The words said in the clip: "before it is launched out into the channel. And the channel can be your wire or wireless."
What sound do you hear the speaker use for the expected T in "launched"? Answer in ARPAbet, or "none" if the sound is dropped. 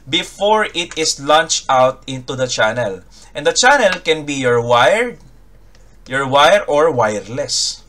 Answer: T